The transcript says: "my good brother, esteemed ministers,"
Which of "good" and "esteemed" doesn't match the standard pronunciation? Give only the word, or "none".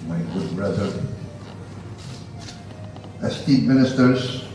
esteemed